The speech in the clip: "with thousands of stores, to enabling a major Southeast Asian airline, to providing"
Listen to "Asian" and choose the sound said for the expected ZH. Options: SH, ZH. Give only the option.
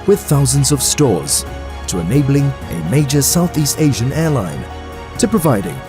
ZH